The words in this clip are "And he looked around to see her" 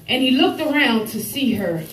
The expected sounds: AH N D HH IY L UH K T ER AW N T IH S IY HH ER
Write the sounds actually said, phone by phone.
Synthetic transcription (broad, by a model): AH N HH IY L UH K T ER AW N T IH S IY ER